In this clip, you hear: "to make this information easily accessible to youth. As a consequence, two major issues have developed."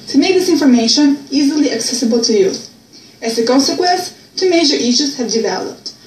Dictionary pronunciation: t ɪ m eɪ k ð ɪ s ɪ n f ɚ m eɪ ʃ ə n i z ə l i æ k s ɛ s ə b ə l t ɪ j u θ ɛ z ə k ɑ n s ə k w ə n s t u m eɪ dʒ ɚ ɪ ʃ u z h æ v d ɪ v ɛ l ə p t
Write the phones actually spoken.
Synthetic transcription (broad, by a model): t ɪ m eɪ k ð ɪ s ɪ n f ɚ m eɪ ʃ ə n i z ə l i æ k s ɛ s ə b ə l t ɪ j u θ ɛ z ə k ɑ n s ə k w ə n s t u m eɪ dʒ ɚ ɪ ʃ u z h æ v d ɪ v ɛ l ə p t